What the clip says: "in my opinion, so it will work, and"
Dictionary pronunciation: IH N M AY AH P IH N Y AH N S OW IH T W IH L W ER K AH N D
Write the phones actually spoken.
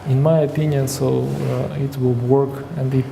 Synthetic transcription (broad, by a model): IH N M AY AH P IH N Y AH N S OW IH T W IH L W ER K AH N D